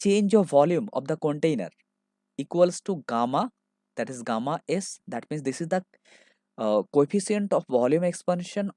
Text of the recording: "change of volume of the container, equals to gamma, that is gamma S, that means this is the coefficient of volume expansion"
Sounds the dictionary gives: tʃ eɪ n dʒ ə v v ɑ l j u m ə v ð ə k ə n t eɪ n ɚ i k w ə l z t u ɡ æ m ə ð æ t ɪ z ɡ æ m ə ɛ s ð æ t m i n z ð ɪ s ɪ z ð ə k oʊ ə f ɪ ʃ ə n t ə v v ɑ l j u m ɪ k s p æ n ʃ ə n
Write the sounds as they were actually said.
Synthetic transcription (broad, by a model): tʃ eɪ n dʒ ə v v ɑ l j u m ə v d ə k ə n t eɪ n ɚ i k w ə l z t u ɡ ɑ m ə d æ t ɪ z ɡ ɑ m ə ɛ s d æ t m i n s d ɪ s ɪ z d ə k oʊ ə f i s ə n t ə f v ɑ l j u m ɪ k s p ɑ n ʃ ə n